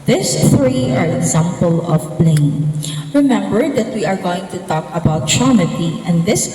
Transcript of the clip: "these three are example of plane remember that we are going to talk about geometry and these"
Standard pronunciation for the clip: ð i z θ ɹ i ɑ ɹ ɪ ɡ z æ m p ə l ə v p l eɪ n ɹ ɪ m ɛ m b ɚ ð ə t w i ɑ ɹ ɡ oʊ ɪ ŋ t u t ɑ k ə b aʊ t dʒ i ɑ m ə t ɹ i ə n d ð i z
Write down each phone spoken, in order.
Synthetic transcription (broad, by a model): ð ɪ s θ ɹ i ɑ ɹ ɪ ɡ z æ m p ə l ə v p l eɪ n ɹ ɪ m ɛ m b ɚ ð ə t w i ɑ ɹ ɡ oʊ ɪ ŋ t u t ɑ k ə b aʊ t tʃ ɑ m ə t i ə n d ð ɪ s